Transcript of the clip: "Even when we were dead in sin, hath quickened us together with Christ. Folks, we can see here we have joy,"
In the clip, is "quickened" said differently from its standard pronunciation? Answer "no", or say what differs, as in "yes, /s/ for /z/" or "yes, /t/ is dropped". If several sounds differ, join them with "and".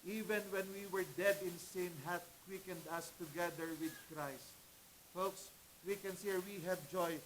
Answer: no